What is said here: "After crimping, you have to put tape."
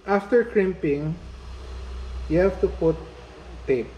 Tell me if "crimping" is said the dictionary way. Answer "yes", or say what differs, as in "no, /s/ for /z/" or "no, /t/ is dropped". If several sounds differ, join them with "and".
yes